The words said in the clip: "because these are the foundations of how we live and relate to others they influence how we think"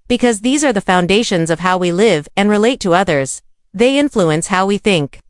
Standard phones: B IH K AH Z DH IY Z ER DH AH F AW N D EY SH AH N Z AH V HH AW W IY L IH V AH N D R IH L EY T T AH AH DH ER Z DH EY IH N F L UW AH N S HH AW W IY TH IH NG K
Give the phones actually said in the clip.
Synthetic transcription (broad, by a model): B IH K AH Z DH IY Z ER DH AH F AW N D EY SH AH N Z AH V HH AW W IY L IH V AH N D R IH L EY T T AH AH DH ER Z DH EY IH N F L UW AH N S HH AW W IY TH IH NG K